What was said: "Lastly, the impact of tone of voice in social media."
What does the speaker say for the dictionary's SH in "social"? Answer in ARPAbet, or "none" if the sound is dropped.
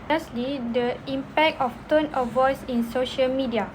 SH